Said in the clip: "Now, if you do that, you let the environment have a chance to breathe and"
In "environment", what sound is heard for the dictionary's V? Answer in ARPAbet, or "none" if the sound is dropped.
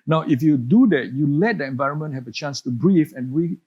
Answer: V